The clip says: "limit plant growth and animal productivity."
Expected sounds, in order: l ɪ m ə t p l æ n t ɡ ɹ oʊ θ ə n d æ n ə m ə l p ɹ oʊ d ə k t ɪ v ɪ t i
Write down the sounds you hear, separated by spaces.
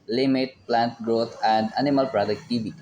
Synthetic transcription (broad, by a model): l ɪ m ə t p l æ n t ɡ ɹ oʊ t ə n d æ n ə m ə l p ɹ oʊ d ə k t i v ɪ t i